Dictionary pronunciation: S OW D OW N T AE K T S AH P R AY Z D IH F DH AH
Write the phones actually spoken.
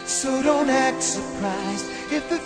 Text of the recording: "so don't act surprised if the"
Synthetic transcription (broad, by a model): S OW D OW N T AE K T S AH P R AY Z IH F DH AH